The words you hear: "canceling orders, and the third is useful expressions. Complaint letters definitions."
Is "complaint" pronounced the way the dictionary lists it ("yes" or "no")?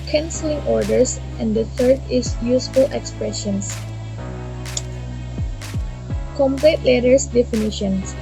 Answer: no